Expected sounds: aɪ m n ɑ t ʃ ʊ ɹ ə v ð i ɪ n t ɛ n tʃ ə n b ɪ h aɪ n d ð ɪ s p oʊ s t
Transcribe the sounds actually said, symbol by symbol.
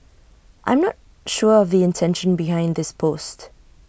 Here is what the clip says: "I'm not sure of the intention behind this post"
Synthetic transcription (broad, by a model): aɪ m n ɑ t ʃ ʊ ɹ ə v ð i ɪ n t ɛ n ʃ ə n b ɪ h aɪ n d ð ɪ s p oʊ s t